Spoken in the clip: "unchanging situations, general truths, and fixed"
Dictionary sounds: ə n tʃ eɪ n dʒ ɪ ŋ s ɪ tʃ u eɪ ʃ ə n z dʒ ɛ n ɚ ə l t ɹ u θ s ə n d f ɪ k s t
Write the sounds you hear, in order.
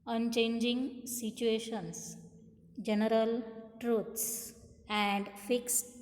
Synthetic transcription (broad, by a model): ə n tʃ eɪ n dʒ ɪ ŋ s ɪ tʃ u eɪ ʃ ə n s dʒ ɛ n ɚ ə l t ɹ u t s ə n d f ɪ k s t